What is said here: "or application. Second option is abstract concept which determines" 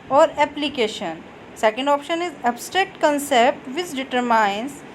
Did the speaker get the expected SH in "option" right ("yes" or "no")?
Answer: yes